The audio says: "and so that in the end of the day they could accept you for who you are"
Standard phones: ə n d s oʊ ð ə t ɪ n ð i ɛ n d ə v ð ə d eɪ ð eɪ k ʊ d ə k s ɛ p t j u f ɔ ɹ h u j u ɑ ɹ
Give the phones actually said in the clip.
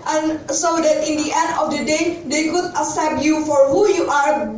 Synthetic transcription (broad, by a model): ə n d s oʊ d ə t ɪ n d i ɛ n d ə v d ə d eɪ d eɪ k ʊ d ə s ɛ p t j u f ɔ ɹ h u j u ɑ ɹ